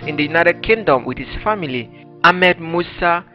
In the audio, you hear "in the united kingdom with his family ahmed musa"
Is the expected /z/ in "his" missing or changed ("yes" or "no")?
yes